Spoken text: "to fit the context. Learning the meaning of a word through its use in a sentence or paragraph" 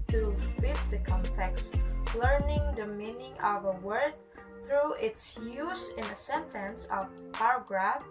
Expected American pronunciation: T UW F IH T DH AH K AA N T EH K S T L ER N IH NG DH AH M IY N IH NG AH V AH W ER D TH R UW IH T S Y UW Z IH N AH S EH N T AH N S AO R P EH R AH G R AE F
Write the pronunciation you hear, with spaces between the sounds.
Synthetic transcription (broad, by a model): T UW F IH T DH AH K AA N T EH K S T L ER N IH NG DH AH M IY N IH NG AH V AH W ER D TH R UW IH T S Y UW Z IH N AH S EH N T AH N S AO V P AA R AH G R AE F